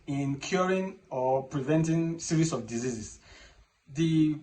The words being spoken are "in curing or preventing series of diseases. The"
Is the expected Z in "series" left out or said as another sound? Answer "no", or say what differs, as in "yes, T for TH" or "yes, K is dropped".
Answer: yes, S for Z